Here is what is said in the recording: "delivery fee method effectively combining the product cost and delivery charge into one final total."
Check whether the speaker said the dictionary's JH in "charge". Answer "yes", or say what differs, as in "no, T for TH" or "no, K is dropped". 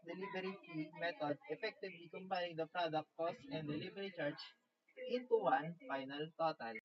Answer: no, CH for JH